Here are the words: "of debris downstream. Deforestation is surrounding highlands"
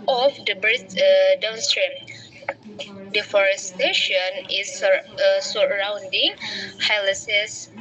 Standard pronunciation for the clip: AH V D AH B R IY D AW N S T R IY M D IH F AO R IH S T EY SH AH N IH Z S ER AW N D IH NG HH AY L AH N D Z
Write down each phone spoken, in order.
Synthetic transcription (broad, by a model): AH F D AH B R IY D AW N S T R IY M D IH F AO R IH S T EY SH AH N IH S S ER AW N D IH NG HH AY L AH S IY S